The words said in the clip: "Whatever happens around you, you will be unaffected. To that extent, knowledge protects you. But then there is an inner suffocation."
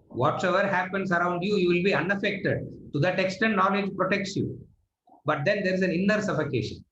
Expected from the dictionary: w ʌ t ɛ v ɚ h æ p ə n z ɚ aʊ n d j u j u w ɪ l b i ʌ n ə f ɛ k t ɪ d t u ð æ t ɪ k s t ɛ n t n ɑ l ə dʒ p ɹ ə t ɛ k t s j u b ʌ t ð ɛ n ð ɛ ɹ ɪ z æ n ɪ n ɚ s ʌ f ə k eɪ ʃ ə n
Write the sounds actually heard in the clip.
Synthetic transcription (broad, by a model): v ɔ t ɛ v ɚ h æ p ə n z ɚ aʊ n d j u j u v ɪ l b i ʌ n ə f ɛ k t ɪ d t u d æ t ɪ k s t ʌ t n ɑ l ə dʒ p ɹ ə t ɛ k t s j u b ʌ t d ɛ n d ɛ ɹ ɪ z æ n ɪ n ɚ s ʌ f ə k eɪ ʃ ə n